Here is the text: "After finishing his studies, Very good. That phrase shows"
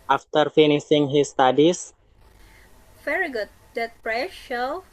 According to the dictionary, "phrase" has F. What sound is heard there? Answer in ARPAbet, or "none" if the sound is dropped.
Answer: P